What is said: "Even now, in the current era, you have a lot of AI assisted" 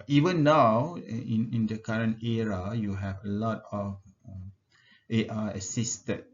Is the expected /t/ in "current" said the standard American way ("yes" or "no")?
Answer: yes